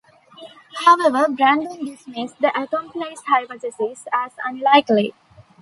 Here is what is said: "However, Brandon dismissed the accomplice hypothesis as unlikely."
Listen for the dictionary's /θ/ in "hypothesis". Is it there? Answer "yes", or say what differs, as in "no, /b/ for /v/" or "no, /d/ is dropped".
no, /t/ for /θ/